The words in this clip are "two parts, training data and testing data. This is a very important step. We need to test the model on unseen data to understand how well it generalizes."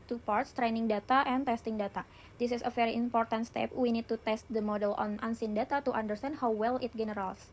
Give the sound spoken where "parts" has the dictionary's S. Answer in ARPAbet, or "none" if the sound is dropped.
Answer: S